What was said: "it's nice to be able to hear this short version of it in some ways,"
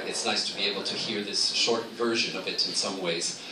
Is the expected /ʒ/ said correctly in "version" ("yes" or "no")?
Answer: yes